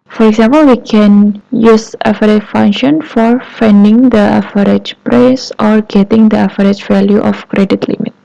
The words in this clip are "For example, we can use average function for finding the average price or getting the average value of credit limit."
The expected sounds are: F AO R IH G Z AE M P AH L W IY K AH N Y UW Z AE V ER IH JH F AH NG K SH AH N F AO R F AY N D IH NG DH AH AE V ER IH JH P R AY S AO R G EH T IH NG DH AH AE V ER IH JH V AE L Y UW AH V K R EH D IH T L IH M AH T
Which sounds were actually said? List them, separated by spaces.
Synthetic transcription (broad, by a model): F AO R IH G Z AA M P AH L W IY K AH N Y UW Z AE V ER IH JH F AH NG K SH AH N F AO R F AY N D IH NG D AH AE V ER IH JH P R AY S AO R G EH T IH NG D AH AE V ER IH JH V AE L Y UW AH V K R EH D IH T L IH M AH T